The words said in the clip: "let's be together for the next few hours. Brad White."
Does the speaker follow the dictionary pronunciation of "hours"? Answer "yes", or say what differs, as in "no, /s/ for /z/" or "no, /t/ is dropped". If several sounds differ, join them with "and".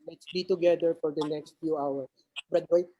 no, /s/ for /z/